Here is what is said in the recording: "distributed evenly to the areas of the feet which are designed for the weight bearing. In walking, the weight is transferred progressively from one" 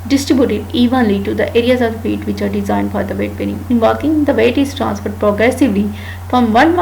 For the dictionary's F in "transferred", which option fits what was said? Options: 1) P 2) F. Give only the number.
1